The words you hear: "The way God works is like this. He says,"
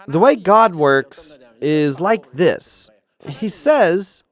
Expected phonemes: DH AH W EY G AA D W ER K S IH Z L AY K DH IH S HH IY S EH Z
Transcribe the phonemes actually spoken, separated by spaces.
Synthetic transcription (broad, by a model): DH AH W EY G AA D W ER K S IH Z L AY K DH IH S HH IY S EH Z